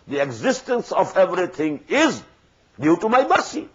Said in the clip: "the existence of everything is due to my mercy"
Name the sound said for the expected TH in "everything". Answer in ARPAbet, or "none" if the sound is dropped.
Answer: T